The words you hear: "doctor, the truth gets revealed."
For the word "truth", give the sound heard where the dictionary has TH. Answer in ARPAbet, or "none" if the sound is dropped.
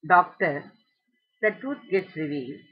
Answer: T